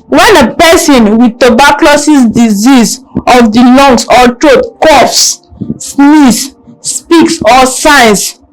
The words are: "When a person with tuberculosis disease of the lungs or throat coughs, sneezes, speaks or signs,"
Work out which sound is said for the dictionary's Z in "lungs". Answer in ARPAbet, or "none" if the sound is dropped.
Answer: S